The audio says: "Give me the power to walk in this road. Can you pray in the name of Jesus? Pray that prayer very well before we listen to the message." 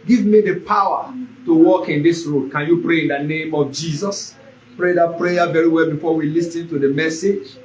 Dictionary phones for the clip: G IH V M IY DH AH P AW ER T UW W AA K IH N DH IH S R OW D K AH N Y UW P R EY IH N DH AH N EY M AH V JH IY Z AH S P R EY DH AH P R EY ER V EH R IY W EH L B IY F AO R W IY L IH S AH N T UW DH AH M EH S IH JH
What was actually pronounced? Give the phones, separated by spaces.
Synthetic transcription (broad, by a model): G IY V M IY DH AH P AW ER T UW W AA K IH N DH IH S R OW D K AH N Y UW P R EY IH N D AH N EY M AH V JH IY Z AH S P R EY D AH P R EY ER V EH R IY W EH L B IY F AO W IY L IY S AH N T UW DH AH M EH S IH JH